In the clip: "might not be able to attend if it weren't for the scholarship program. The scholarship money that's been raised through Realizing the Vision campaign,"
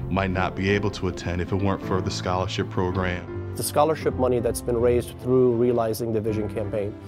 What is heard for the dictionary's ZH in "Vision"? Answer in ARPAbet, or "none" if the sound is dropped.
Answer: ZH